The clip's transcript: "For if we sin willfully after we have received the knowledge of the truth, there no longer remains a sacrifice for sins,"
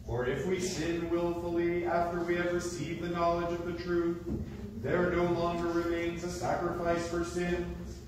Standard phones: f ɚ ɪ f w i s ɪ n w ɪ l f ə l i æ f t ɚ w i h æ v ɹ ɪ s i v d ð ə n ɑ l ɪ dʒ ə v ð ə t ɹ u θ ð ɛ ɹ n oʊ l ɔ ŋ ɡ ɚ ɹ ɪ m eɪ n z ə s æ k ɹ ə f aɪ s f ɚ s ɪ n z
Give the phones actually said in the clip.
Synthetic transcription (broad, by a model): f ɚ ɪ f w i s ɪ n w ɪ l f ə l i æ f t ɚ w i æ v ɹ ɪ s i v ð ə n ɑ l ɪ dʒ ə v ð ə t ɹ u θ ð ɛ ɹ n oʊ l ɔ ŋ ɡ ɚ ɹ ɪ m eɪ n z ə s æ k ɹ ə f aɪ s f ɚ s ɪ n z